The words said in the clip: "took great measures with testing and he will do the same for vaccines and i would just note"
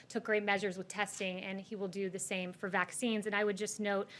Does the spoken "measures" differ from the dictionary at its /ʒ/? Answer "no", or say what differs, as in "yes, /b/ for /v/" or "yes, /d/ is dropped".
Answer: no